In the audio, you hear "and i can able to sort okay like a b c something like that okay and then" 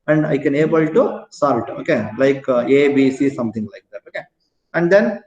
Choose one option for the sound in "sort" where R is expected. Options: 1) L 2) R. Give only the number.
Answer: 1